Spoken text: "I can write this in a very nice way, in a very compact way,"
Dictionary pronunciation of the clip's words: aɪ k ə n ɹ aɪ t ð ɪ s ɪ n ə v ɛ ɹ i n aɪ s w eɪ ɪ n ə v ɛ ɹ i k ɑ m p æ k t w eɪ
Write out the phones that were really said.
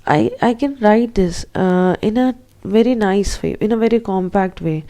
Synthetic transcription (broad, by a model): aɪ k ə n ɹ aɪ t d ɪ s ɪ n ə v ɛ ɹ i n aɪ s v eɪ ɪ n ə v ɛ ɹ i k ɑ m p æ k t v eɪ